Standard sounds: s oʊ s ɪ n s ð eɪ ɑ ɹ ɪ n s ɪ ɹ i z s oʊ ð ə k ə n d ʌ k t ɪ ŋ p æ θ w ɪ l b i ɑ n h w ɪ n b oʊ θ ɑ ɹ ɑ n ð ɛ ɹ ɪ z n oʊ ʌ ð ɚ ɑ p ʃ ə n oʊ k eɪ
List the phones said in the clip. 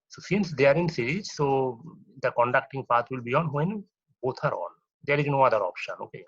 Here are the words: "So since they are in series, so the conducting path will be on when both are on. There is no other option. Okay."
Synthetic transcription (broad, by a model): s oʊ s ɪ n s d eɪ ɑ ɹ ɪ n s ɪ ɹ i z s oʊ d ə k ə n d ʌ k t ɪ ŋ p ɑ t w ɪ l b i ɑ n h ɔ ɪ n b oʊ t ɑ ɹ ɑ n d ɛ ɹ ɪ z n oʊ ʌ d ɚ ɑ p ʃ ə n oʊ k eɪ